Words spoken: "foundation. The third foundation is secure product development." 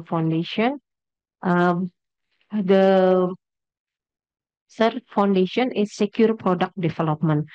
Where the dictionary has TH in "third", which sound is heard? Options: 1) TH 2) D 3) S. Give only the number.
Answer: 3